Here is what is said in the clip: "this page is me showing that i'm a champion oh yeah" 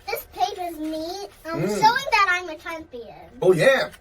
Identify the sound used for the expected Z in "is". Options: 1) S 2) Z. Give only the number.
2